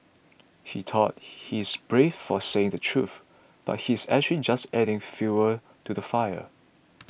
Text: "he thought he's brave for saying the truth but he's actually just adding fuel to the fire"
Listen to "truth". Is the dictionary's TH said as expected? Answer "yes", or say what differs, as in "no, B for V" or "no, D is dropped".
yes